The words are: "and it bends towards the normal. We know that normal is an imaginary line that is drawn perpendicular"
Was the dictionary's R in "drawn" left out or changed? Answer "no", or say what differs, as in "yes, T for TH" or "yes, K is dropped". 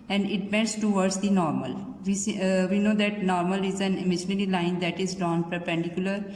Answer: yes, R is dropped